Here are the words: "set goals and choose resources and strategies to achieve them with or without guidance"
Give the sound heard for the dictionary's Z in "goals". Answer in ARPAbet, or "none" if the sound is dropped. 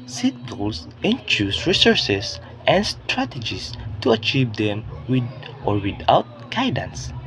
S